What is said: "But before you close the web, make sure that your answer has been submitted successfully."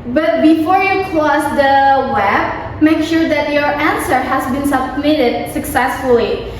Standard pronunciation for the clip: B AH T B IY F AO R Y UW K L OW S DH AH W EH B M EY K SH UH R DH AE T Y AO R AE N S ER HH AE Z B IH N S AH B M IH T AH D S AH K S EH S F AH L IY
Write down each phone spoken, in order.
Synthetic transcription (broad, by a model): B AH T B IY F AO R Y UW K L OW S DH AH W EH B M EY K SH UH R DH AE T Y AO R AE N S ER HH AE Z B IH N S AH B M IH T AH D S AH K S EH S F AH L IY